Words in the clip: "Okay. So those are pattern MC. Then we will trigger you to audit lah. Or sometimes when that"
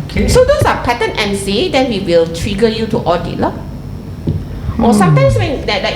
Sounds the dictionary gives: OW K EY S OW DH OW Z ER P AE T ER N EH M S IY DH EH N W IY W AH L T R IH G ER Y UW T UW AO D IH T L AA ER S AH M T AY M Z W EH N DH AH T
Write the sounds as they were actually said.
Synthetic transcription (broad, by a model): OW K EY S OW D OW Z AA P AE T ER N EH M S IY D EH N W IY W AH L T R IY G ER Y UW T UW AO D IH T L AA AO S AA M T AY M S W EH N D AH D